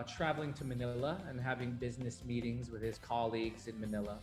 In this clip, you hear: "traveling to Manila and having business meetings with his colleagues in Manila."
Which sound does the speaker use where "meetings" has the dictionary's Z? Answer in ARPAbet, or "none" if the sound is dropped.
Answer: Z